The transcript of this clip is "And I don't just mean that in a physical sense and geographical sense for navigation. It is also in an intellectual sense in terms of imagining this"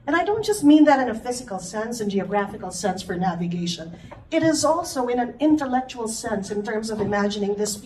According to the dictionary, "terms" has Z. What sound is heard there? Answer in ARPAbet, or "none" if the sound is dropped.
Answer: Z